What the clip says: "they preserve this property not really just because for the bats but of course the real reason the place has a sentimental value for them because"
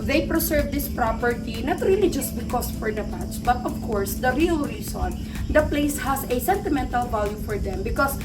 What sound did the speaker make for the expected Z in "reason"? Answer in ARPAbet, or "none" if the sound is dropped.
S